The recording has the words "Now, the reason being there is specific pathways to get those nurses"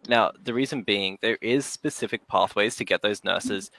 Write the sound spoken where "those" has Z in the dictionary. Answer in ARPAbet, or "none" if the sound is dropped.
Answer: Z